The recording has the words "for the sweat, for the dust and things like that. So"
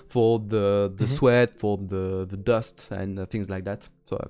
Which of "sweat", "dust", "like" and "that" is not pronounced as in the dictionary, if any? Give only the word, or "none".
none